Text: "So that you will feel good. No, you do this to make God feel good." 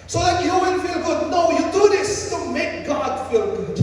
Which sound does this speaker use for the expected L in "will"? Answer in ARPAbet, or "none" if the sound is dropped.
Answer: N